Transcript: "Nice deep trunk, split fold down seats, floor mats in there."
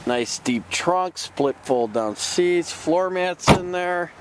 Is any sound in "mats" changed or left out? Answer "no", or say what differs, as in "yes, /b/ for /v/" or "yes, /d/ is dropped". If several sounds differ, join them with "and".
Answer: no